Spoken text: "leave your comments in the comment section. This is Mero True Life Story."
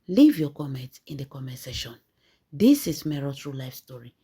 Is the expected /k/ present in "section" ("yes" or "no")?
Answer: no